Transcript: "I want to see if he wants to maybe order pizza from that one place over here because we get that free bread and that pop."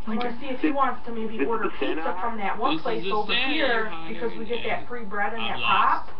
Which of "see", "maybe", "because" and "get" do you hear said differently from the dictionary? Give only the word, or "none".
none